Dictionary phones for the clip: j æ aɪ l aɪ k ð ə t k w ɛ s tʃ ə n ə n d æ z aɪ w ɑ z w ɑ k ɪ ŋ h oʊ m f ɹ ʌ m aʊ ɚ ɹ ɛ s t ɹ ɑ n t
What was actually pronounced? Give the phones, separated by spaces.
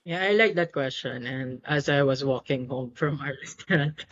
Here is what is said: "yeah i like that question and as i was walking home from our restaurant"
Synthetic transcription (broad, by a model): j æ aɪ l aɪ k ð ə t k w ɛ s tʃ ə n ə n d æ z aɪ w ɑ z w ɑ k ɪ ŋ h oʊ m f ɹ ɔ m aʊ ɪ ɹ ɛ s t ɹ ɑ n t